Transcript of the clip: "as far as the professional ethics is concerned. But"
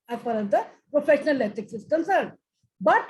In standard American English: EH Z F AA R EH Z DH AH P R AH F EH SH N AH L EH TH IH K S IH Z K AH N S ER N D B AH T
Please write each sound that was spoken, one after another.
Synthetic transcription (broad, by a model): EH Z P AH R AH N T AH P R AH F EH SH N AH L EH T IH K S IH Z K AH N S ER N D B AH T